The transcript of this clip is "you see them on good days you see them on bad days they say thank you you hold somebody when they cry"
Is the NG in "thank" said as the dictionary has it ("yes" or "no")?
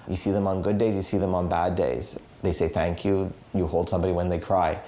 yes